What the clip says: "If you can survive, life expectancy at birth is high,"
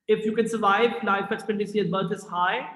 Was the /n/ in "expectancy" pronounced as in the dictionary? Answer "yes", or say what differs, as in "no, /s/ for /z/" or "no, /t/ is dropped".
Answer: no, /n/ is dropped